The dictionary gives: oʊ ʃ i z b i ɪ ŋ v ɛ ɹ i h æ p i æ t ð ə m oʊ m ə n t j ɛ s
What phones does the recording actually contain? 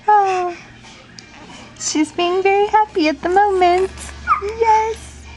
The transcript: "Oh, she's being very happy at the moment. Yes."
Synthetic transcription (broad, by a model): oʊ ʃ i z b i ɪ ŋ v ɛ ɹ i h æ p i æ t ð ə m oʊ m ə n t j ɛ s